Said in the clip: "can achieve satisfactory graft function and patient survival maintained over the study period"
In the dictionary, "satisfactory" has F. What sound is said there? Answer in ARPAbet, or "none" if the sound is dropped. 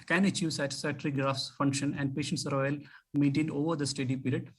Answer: none